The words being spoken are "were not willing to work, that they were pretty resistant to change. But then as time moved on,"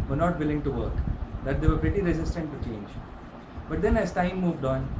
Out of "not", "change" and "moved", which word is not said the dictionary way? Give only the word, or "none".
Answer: none